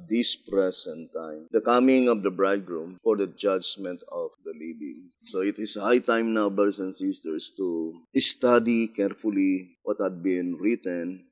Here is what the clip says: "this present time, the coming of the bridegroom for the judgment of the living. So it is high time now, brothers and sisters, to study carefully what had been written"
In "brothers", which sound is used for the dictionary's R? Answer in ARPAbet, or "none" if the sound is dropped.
none